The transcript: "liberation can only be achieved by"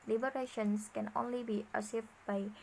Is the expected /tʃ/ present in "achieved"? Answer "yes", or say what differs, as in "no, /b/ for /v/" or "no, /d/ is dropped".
no, /s/ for /tʃ/